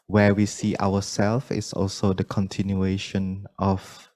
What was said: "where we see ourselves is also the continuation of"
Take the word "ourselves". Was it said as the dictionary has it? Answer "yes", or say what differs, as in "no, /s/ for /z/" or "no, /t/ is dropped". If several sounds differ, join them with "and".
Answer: no, /w/ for /ɹ/